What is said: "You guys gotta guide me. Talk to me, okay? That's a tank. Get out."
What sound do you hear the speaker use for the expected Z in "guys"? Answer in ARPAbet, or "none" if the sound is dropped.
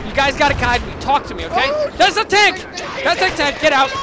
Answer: Z